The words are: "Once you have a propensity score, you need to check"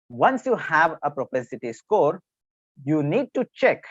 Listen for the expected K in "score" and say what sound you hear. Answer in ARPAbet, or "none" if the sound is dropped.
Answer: K